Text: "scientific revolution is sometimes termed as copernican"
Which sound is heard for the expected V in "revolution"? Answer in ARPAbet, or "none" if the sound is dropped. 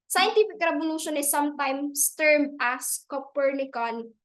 B